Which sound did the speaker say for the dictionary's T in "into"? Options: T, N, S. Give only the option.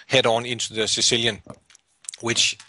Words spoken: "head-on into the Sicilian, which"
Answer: S